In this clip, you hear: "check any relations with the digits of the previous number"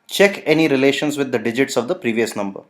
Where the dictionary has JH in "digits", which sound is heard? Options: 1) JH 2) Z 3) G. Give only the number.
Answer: 1